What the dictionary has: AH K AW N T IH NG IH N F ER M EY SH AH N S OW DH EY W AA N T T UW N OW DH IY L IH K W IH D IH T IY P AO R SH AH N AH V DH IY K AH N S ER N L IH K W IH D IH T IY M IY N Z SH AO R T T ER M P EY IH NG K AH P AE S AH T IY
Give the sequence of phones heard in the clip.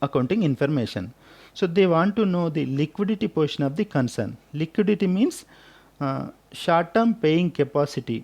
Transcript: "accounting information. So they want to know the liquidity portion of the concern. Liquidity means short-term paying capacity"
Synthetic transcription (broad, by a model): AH K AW N T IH NG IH N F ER M EY SH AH N S OW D EY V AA N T T UW N OW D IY L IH K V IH D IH T IY P AO R SH AH N AH V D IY K AH N S ER N L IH K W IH D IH T IY M IY N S SH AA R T T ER M P EY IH NG K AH P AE S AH T IY